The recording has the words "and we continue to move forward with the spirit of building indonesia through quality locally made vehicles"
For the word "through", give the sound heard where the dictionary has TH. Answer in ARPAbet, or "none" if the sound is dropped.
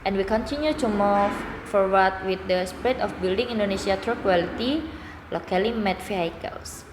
T